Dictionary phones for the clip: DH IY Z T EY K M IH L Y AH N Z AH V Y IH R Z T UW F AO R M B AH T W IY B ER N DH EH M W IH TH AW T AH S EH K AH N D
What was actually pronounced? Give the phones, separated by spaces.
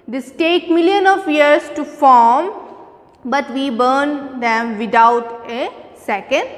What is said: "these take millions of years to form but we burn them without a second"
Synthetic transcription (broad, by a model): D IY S T EY K M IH L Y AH N AH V Y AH R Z T UW F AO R M B AH T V IY B ER N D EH M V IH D AW T AH S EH K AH N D